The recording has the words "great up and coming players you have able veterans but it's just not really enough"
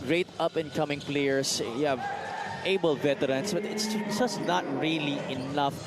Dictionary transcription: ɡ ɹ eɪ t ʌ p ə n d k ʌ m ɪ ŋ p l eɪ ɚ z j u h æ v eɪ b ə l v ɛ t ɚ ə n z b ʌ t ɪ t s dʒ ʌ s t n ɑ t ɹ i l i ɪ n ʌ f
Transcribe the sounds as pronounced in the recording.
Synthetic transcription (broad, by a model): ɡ ɹ eɪ t ʌ p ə n k ʌ m ɪ ŋ p l eɪ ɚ s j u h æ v eɪ b ə l v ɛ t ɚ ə n s b ʌ t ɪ t s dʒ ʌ s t n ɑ t ɹ i l i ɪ n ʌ f